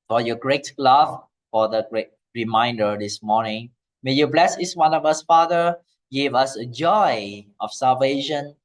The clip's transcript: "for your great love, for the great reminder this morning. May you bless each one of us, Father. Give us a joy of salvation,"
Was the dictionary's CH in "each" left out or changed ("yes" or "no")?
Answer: yes